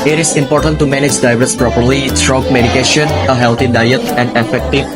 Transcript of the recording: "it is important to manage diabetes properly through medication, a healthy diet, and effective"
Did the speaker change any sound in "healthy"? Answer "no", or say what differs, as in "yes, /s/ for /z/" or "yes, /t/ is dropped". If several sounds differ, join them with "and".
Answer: yes, /t/ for /θ/